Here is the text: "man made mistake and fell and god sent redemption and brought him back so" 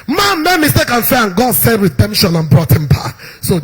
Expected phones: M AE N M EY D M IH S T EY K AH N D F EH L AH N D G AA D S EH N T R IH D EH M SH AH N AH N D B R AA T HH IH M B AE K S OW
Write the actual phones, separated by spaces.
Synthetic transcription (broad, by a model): M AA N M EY M IH S T EY K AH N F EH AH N G AA D S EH T R IH D EH M SH AH N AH N B R AA T HH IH M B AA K S OW